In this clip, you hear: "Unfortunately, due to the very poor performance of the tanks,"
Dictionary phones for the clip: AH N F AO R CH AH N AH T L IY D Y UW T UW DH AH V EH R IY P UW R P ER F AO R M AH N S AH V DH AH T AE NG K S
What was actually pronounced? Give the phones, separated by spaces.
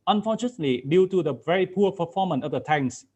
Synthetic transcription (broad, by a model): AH N F AO CH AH N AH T L IY D Y UW T UW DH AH V EH R IY P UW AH P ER F AO M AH N AH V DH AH T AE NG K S